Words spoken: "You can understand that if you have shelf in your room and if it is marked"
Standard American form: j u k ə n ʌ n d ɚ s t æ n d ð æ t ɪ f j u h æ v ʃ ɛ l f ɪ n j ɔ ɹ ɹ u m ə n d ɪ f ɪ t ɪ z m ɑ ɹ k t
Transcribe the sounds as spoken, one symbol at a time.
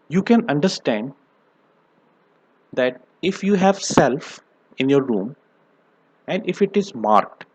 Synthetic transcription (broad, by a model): j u k ə n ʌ n d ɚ s t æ n d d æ t ɪ f j u h æ v s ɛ l f ɪ n j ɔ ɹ ɹ u m ə n d ɪ f ɪ t ɪ z m ɑ ɹ k t